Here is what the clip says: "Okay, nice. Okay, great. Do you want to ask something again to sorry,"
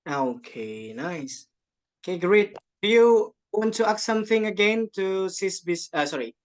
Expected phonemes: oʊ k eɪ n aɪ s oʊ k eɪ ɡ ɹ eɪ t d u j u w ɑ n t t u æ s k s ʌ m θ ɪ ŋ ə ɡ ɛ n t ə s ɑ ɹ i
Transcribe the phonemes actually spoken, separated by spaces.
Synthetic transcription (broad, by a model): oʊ k eɪ n aɪ s oʊ k eɪ ɡ ɹ eɪ t d u j u w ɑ n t t u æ k s ʌ m θ ɪ ŋ ə ɡ ɛ n t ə s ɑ ɹ i